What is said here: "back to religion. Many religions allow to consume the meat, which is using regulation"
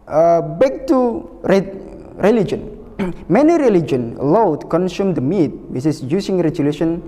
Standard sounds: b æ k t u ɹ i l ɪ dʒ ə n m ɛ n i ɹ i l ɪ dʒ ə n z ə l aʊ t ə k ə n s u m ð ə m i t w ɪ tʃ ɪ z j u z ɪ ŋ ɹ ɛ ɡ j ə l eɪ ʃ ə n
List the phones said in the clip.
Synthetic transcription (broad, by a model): b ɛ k t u ɹ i l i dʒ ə n m ɛ n i ɹ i l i dʒ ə n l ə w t k ə n s u m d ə m i t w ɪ s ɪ s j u s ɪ ŋ ɹ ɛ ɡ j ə l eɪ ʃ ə n